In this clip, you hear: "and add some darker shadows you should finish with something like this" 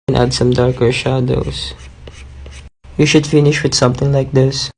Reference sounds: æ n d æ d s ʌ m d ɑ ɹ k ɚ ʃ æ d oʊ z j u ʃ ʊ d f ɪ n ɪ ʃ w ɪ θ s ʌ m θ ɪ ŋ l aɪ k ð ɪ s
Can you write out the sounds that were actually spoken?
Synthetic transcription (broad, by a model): n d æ d s ʌ m d ɑ ɹ k ɚ ʃ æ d oʊ s j u ʃ ʊ d f ɪ n ɪ ʃ w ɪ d s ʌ m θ ɪ ŋ l aɪ k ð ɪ s